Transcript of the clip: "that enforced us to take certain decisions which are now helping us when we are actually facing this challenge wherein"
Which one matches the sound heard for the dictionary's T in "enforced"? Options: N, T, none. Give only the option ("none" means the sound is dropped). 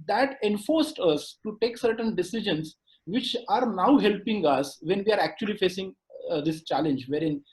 T